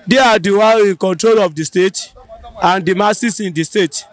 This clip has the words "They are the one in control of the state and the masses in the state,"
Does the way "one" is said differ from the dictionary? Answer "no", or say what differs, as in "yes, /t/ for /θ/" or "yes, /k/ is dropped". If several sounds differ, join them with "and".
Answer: yes, /n/ is dropped